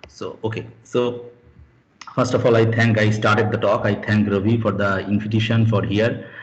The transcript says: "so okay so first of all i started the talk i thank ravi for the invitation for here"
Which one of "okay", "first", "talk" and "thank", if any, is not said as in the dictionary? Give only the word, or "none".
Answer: thank